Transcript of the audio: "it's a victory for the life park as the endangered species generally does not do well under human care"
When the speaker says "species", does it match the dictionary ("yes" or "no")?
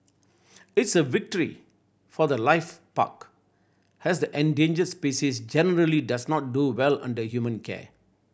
no